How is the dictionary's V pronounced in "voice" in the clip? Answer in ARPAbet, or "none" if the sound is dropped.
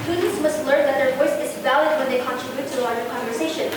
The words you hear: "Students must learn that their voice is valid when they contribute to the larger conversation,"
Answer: V